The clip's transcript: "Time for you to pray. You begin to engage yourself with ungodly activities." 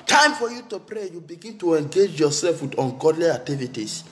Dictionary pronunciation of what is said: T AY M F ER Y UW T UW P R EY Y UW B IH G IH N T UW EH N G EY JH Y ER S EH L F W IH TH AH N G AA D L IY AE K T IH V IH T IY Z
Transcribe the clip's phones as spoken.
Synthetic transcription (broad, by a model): T AY M F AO Y UW T UW P R EY Y UW B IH G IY N T UW EH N G EY JH Y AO S EH L F W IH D AH N G AA D L IY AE K T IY V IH T IY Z